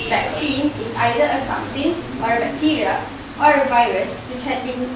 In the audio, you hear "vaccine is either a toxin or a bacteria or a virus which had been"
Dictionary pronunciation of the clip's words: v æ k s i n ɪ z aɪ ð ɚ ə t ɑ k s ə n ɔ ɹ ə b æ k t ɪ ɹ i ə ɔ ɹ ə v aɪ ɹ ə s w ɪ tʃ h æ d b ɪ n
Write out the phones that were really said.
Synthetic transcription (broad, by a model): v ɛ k s i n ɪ s aɪ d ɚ ə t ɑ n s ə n ɔ ɹ ə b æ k t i ɹ i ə ɔ ɹ ə v aɪ ɹ ə s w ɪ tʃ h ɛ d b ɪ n